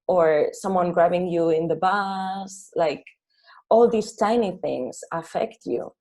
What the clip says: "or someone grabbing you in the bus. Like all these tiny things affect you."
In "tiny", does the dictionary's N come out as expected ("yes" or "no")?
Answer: yes